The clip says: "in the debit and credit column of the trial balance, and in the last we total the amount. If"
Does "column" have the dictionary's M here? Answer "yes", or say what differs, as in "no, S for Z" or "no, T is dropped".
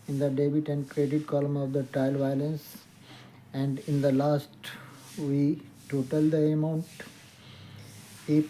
yes